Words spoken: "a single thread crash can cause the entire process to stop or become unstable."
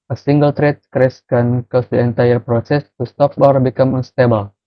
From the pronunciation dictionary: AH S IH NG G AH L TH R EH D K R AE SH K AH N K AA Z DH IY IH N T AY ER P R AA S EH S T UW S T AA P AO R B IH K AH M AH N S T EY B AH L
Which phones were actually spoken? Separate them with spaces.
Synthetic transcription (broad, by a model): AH S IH NG G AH L T R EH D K R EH S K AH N K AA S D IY IH N T AY ER P R AA S EH S T UW S T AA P AO R B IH K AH M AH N S T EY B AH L